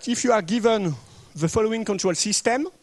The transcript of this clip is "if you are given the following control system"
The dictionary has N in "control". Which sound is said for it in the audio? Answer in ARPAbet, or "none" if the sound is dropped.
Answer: N